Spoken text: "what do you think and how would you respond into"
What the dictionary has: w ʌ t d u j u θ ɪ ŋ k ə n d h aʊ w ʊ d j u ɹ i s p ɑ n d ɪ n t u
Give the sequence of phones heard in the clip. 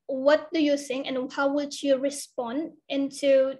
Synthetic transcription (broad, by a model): w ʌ t d u j u s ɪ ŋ ə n h aʊ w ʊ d j u ɹ i s p ɑ n d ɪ n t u